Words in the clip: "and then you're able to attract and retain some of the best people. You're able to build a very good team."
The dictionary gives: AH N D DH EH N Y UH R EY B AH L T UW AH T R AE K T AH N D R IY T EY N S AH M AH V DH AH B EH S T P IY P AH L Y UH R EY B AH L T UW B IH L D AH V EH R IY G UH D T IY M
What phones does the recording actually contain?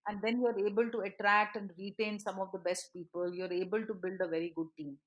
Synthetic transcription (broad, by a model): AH N D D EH N Y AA R EY B AH L T UW AH T R AE K T AH N D R IY T EY N S AH M AH V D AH B EH S T P IY P AH L Y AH R EY B AH L T UW B IH L D AH V EH R IY G UH D T IY M